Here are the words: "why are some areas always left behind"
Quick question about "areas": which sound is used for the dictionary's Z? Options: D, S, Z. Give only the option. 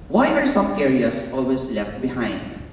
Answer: S